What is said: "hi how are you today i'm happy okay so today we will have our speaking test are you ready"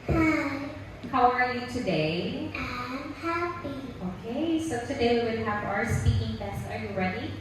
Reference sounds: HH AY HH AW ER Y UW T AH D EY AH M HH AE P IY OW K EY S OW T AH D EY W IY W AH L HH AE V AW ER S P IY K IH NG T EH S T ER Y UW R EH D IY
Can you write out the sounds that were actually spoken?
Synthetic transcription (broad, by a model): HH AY HH AW ER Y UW T AH D EY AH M HH AE P IY OW K EY S OW T AH D EY W IY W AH N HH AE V AW ER S P IY K IH NG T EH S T ER Y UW R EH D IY